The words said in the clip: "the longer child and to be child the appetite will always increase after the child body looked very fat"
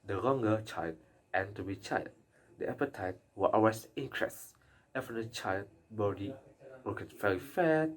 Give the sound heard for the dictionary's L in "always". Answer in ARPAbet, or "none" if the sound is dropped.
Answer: none